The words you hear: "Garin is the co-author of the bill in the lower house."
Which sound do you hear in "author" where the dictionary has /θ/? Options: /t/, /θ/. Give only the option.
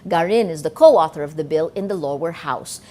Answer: /θ/